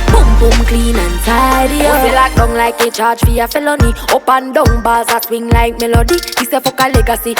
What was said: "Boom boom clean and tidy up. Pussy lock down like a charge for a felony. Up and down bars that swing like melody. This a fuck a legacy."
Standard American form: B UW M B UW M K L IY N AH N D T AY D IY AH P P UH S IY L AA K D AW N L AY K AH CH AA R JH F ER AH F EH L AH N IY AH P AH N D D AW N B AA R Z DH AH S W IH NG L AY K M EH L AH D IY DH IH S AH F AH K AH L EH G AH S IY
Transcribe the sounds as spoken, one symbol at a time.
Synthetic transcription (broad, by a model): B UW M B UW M K L IY N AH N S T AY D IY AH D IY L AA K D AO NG L AY K AH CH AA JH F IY AH F EH L AH N IY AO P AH N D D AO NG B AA L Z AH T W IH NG L AY K M EH L AH D IY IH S AH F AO K AH L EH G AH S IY